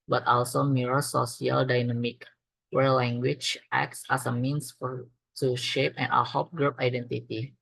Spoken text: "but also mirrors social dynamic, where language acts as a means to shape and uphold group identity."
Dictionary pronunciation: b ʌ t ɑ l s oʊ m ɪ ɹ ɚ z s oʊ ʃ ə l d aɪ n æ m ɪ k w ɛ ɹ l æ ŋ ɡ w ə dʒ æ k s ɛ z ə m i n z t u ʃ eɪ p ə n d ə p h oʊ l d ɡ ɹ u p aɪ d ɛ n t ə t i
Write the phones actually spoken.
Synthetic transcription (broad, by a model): b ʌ t ɑ l s oʊ m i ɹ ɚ s oʊ s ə l d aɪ n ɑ m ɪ k w ɛ ɹ l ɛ ŋ ɡ w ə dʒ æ k s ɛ s ə m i n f t u ʃ eɪ p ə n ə h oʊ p ɡ ɹ u p aɪ d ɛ n t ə t i